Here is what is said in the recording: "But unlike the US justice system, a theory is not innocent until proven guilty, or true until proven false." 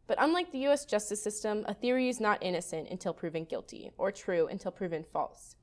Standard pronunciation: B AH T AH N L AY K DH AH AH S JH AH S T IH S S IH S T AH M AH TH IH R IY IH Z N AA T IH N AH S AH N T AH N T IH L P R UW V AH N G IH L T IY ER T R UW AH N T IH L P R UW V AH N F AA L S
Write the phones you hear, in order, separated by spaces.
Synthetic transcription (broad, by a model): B AH T AH N L AY K DH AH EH S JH AH S T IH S S IH S T AH M AH TH IH R IY IH Z N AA T IH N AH S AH N T AH N T IH L P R UW V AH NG G IH L T IY ER T R UW AH N T IH L P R UW V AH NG F AA L S